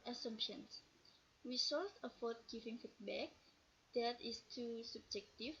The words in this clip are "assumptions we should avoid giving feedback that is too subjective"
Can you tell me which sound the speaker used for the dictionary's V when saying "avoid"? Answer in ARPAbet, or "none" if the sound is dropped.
F